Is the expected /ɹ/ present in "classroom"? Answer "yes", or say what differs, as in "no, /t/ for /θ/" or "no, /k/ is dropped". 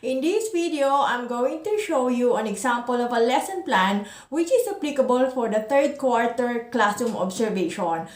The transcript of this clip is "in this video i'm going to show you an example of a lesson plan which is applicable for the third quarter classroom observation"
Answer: no, /ɹ/ is dropped